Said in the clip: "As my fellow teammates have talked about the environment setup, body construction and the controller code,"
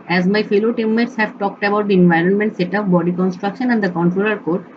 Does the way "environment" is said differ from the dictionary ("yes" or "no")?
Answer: no